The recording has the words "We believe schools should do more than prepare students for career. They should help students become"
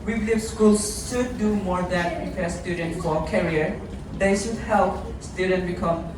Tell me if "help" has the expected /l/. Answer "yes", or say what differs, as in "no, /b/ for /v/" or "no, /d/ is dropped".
yes